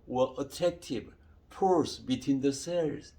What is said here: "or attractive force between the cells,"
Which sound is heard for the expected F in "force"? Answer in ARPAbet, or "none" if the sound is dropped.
P